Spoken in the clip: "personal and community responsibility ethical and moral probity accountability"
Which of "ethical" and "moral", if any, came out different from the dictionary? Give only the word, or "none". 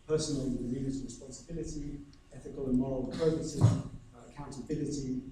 none